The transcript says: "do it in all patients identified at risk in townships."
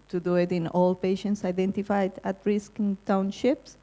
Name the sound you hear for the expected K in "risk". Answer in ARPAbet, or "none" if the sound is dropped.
K